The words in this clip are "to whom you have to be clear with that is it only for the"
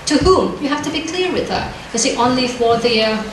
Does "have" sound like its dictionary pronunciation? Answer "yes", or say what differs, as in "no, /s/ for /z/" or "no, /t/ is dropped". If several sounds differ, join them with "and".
no, /f/ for /v/